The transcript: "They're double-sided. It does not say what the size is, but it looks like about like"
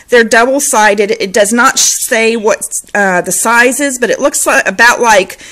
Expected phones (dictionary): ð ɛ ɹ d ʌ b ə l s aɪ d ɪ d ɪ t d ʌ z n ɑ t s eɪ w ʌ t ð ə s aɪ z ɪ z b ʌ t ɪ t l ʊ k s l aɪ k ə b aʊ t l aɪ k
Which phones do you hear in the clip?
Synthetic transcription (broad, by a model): ð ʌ ɹ d ʌ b l s aɪ d ɪ d ɪ t d ʌ z n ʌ t s eɪ w ʌ t ð ə s aɪ z ɪ z b ʌ t ɪ t l ʊ k s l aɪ ə b aʊ t l aɪ k